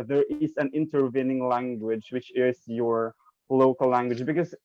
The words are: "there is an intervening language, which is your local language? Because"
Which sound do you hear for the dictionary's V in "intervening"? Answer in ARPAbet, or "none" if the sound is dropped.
V